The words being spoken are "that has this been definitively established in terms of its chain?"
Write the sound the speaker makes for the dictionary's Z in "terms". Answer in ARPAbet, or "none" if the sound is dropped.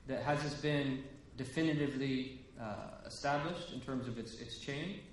Z